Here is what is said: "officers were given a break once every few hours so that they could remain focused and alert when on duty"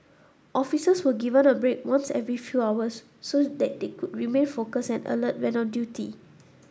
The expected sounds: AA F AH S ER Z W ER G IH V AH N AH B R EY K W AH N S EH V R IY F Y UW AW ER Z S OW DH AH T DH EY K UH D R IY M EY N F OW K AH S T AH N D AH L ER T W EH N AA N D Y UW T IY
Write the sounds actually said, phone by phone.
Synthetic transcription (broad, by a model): AA F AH S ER S W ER G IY V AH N AH B R EY K W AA N S EH V R IY F Y UW AW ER S OW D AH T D EY K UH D R IY M EY N F OW K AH S AH N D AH L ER T W EH N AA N D Y UW T IY